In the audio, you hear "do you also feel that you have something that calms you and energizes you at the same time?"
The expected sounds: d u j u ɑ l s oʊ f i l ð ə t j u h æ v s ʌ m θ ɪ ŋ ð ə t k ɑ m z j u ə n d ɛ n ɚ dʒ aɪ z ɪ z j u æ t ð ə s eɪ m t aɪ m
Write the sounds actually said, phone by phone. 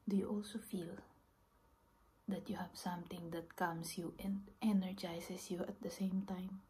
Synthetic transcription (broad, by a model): d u j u ɑ l s oʊ f i l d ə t j u h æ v s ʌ m t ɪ ŋ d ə t k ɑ m s j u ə n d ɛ n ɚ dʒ aɪ s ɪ s j u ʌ t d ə s eɪ m t aɪ m